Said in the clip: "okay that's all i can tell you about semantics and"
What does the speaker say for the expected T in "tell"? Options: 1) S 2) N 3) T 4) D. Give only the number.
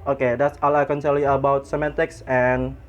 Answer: 1